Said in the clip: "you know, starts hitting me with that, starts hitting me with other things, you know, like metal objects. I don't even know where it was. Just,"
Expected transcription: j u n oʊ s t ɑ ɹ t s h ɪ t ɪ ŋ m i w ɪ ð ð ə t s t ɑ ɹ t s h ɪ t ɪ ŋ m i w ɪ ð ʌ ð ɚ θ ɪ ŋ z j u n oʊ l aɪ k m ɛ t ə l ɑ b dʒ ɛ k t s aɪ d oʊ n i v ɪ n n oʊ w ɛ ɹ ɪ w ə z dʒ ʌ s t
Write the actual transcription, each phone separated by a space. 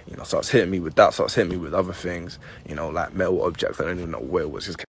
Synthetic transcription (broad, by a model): j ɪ n oʊ s t ɑ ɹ t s h ɪ t ɪ ŋ m i w ɪ ð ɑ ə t s t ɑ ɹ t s h ɪ t ɪ ŋ m i w ɪ ð ʌ ð ɚ θ ɪ ŋ z j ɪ n oʊ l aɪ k m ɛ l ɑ b dʒ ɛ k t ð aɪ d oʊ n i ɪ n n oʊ w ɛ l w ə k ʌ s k